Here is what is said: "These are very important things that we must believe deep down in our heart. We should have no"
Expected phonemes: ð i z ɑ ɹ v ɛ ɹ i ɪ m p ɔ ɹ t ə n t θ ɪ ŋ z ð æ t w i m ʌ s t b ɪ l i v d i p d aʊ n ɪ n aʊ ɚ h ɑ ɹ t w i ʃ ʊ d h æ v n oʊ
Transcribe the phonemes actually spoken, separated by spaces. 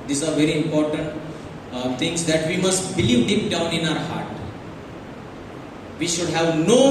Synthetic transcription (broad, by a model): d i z ɑ ɹ v ɛ ɹ i ɪ m p ɔ ɹ t ə n t t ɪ ŋ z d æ t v i m ʌ s t b ɪ l i v d i p d aʊ n ɪ n aʊ ɚ h ɑ ɹ t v i ʃ ʊ d h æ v n oʊ